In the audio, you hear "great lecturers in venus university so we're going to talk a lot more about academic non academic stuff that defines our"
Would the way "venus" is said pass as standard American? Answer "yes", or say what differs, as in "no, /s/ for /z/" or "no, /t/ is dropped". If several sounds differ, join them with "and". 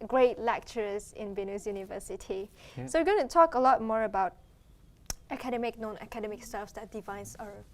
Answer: no, /b/ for /v/